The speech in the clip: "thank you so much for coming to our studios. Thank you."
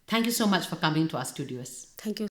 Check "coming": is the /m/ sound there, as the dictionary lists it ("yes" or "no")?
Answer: yes